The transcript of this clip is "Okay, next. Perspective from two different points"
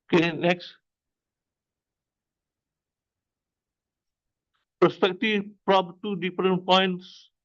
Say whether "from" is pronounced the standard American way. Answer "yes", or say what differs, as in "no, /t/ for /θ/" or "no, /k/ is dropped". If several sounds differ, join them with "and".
no, /p/ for /f/